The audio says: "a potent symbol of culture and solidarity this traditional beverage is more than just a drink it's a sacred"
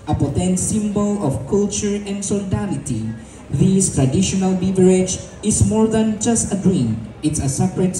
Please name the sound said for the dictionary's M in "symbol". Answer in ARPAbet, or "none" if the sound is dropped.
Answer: M